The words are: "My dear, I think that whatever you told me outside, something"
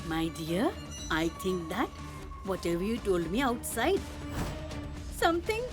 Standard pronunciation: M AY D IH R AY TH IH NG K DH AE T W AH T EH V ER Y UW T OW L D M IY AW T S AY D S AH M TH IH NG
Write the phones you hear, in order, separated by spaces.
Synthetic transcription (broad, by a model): M AY D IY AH AY T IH NG K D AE T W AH T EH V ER Y UW T OW L D M IY AW T S AY D S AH M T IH NG